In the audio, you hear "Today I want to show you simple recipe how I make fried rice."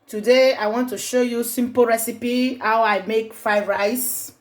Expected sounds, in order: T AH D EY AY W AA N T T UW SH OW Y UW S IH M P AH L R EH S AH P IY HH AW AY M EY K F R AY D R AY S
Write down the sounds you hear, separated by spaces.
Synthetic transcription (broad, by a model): T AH D EY AY W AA N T T UW SH OW Y UW S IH M P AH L R EH S AH P IY HH AW AY M EY K F AY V R AY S